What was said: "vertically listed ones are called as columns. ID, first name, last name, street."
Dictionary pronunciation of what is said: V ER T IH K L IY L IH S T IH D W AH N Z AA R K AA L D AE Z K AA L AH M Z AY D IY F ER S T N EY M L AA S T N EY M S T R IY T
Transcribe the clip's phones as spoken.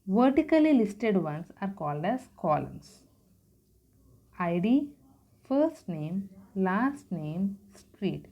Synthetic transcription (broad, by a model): V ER T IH K L IY L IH S T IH D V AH N S AA R K AA L D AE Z K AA L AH M S AY D IY F ER S T N EY M L AA S T N EY M S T R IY T